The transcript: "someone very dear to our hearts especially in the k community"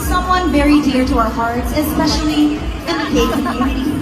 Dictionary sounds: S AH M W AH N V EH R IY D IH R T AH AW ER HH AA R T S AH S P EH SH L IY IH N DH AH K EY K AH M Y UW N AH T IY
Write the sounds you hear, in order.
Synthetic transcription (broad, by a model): S AH M W AH N V EH R IY D IH R T AH AW ER HH AA R T S AH S P EH SH L IY IH N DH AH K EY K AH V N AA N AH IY